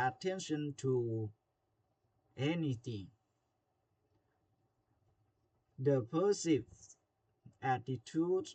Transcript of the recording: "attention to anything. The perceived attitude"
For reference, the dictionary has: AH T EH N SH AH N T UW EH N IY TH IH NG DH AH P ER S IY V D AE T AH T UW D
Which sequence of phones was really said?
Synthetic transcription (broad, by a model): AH T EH N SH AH N T UW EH N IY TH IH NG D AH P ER S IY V AE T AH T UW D